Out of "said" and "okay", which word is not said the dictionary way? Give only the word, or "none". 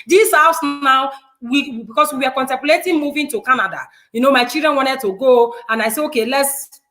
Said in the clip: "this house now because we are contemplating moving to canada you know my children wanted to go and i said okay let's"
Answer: said